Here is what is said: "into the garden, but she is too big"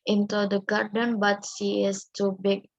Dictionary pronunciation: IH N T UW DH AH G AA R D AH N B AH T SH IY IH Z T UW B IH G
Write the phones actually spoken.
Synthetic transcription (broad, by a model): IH N T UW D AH G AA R D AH N B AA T S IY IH S T UW B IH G